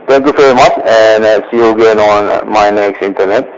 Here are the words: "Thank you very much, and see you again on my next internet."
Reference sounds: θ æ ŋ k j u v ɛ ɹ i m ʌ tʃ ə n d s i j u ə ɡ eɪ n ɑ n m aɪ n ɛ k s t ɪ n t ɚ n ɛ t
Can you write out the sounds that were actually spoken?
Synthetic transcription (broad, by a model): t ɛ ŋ k j u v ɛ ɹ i m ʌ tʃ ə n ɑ s i j u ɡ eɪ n ɑ n m aɪ n ɛ k s t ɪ n t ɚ n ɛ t